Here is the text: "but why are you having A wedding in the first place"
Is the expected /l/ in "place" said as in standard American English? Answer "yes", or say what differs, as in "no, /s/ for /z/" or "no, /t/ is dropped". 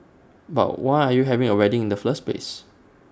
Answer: no, /l/ is dropped